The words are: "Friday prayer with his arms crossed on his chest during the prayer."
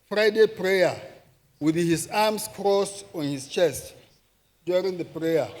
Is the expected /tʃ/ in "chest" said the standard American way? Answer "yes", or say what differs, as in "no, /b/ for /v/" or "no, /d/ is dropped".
yes